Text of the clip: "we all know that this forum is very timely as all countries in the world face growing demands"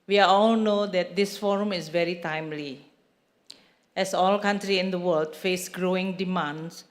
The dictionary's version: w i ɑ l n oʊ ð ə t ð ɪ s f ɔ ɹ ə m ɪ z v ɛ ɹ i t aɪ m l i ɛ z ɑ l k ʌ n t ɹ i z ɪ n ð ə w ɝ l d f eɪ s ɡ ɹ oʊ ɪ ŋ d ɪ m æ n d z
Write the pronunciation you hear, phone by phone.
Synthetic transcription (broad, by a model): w i ɑ l n oʊ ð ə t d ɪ s f ɔ ɹ ə m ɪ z v ɛ ɹ i t aɪ m l i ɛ s ɑ l k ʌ n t ɹ i ɪ n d ə w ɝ l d f eɪ s ɡ ɹ oʊ ɪ ŋ d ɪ m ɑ n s